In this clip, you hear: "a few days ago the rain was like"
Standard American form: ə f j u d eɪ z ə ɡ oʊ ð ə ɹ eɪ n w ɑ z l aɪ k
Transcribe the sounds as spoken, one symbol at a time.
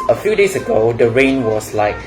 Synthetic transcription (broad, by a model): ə f j u d eɪ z ə ɡ oʊ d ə ɹ eɪ n w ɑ s l aɪ k